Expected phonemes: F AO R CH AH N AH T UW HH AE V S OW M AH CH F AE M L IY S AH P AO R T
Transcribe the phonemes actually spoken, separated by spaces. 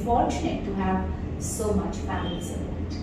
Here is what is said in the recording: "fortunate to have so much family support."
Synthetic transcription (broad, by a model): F AO R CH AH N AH T UW HH AE V S OW M AH CH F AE L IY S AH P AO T